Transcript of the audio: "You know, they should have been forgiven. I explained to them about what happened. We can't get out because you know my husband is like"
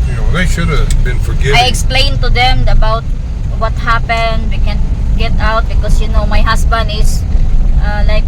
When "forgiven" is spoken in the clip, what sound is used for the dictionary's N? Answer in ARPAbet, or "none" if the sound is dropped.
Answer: none